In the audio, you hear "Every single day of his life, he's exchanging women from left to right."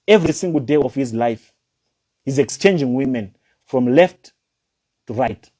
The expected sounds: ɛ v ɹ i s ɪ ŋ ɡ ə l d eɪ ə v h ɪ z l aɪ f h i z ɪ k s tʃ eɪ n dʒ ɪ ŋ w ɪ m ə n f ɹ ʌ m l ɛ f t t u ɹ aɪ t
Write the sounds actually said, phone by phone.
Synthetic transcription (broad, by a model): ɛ v ɹ i s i ŋ ɡ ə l d eɪ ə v h ɪ z l aɪ f h i z ɪ k s tʃ eɪ n dʒ ɪ ŋ w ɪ m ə n f ɹ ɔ m l ɛ f t t u ɹ aɪ t